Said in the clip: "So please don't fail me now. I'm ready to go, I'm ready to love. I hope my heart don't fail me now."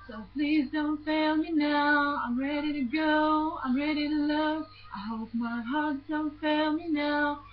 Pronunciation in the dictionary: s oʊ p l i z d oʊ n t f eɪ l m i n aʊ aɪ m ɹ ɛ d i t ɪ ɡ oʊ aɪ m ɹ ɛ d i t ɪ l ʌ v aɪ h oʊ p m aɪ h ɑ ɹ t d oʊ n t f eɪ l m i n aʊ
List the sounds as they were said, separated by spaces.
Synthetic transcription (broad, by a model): s oʊ p l i z d oʊ n t f eɪ l m i n aʊ aɪ m ɹ ɛ d i t ɪ ɡ oʊ aɪ m ɹ ɛ d i t ɪ l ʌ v aɪ h oʊ p m aɪ h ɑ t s d oʊ n t f eɪ l m i n aʊ